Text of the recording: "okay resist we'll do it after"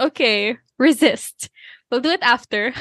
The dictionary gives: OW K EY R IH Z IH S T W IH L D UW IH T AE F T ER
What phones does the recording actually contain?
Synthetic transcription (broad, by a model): OW K EY R IH Z IH S T W IH L D UW IH T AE F T ER